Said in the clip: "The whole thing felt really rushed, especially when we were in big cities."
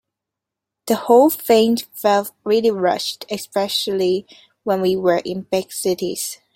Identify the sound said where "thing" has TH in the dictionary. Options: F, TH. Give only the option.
F